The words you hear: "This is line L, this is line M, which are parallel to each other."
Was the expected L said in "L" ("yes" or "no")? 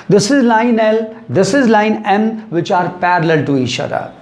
yes